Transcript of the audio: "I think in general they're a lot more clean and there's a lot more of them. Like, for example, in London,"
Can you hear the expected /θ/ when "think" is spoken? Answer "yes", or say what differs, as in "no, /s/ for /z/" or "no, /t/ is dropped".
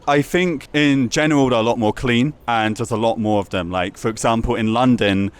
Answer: yes